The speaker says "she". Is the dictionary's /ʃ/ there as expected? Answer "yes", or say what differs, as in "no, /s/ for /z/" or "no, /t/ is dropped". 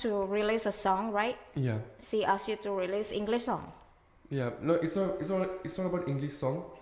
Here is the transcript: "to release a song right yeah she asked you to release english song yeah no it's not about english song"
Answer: no, /s/ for /ʃ/